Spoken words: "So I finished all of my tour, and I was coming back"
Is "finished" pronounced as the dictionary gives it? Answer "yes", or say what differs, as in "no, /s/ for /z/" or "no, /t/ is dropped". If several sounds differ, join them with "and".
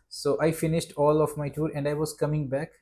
yes